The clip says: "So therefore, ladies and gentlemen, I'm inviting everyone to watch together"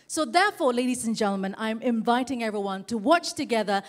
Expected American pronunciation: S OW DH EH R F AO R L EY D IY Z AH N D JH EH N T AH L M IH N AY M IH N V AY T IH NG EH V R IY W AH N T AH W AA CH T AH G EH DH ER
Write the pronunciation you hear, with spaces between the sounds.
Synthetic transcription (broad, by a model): S OW DH EH R F AO R L EY D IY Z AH N JH EH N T L M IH N AY M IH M V AY T IH NG EH V R IY W AH N T AH W AA CH T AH G EH DH ER